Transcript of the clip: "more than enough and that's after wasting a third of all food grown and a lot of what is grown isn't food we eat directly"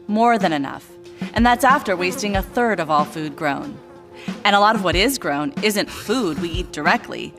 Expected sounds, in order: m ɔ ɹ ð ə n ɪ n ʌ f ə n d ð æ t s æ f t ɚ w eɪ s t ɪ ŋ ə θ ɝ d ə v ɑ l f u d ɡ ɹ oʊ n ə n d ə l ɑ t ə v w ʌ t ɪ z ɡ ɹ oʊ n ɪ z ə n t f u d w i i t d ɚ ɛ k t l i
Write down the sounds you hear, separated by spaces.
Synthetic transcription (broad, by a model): m ɔ ɹ ð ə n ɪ n ʌ f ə n ð æ t s æ f t ɚ w eɪ s t ɪ ŋ ə θ ɝ d ə v ɑ l f u d ɡ ɹ oʊ n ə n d ə l ɑ t ə v w ʌ t ɪ z ɡ ɹ oʊ n ɪ z ə n t f u d w i i t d ɚ ɛ k t l i